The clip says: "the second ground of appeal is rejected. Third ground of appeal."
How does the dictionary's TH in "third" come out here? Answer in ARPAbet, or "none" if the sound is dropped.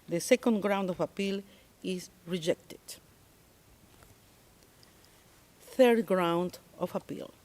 TH